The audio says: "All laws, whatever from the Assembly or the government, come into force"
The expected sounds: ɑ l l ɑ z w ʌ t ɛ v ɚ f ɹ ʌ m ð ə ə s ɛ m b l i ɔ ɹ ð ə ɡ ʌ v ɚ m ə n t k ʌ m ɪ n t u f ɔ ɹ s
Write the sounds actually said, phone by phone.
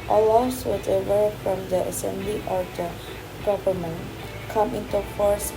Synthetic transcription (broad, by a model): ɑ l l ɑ s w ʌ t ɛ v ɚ f ɹ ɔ m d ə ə s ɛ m b l i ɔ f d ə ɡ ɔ p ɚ m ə n k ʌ m ɪ n t u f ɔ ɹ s